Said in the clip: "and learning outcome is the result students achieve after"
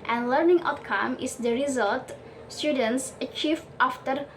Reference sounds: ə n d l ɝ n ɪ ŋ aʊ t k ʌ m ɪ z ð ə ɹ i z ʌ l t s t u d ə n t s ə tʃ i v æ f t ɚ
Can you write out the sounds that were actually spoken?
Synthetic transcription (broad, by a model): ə n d l ɝ n ɪ ŋ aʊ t k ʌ m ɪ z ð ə ɹ i z ʌ l t s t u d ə n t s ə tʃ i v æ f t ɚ